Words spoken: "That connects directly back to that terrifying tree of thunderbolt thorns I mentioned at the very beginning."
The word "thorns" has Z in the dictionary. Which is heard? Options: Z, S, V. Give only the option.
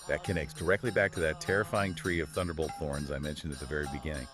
Z